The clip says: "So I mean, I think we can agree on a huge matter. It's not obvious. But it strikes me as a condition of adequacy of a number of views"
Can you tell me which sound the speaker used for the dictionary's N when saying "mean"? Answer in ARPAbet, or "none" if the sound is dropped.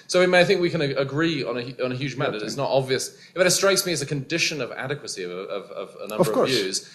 none